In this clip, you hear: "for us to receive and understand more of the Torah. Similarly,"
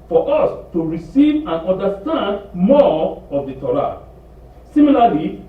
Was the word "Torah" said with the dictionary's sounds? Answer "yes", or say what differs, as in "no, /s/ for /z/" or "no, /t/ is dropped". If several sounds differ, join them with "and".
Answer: no, /l/ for /ɹ/